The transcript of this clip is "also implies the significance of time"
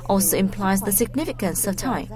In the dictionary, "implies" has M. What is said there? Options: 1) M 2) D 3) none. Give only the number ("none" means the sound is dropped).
1